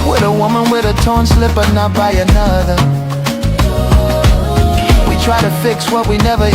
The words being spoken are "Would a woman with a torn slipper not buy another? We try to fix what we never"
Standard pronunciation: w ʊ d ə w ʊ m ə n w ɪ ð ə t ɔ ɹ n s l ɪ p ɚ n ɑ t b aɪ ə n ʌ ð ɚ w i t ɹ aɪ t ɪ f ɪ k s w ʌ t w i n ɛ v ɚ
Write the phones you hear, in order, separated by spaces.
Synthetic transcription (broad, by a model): w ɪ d ə w ʊ m ə n w ɪ ð ə t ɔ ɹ n s l ɪ p ɚ n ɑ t b aɪ ə n ʌ ð ɚ w i t ɹ aɪ t ɪ f ɪ k s w ʌ t w i n ɛ v ɚ